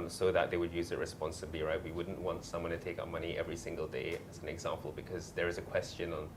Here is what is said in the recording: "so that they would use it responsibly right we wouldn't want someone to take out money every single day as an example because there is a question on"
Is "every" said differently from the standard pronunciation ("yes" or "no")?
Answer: no